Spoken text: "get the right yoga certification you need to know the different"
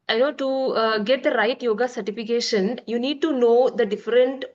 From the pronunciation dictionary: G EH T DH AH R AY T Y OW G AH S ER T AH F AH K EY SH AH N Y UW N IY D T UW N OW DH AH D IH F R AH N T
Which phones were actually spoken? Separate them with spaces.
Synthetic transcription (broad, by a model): G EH T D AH R AY T Y OW G AH S ER T AH F AH K EY SH AH N Y UW N IY D T UW N OW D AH D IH F R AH N T